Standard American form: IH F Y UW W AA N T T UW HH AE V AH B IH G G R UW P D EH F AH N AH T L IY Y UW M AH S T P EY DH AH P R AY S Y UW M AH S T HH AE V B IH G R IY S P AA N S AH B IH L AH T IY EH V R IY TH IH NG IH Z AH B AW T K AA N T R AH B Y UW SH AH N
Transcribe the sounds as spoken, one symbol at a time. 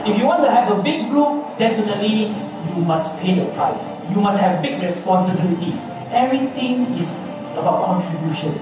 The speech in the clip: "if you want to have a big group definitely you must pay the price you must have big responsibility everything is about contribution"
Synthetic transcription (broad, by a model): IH F Y UW W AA N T T UW HH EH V AH B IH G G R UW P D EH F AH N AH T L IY Y UW M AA S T P EY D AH P R AY S Y UW M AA S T HH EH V B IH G R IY S P AA N S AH B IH L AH T IY EH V R IY T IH NG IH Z AH B AW T K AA N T R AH B Y UW SH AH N